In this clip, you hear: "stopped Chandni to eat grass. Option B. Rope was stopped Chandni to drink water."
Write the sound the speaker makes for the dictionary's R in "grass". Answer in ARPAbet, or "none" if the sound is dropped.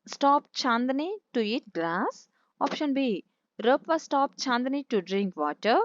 L